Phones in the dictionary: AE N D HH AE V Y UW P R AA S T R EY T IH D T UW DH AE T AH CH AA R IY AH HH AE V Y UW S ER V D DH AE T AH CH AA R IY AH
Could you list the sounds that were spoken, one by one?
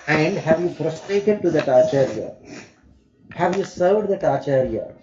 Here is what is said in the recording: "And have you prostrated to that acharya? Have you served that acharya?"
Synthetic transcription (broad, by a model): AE N D HH AE V Y UW F R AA S T R EY T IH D T UW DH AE T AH CH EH R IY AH HH AE V Y UW S ER V D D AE T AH CH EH R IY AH